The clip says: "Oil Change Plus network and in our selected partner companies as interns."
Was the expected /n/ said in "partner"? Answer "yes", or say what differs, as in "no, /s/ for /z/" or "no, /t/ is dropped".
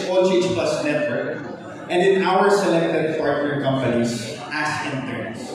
no, /n/ is dropped